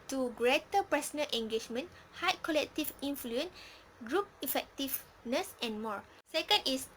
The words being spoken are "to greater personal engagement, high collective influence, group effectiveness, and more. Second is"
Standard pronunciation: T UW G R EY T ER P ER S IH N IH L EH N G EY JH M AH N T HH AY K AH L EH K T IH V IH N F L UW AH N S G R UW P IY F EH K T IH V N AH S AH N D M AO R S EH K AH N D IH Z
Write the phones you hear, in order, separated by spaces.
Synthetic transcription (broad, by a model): T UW G R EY T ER P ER S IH N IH L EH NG G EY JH M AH N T HH AY K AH L EH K T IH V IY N F L UW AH N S G R UW P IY F EH K T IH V N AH S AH N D M AO R S EH K AH N D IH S